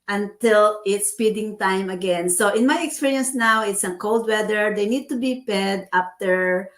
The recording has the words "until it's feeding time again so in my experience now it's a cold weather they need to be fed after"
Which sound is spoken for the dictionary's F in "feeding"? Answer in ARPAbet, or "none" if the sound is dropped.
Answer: P